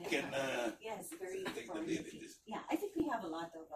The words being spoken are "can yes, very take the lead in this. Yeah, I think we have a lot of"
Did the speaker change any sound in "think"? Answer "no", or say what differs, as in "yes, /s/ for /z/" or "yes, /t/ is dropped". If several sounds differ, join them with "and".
no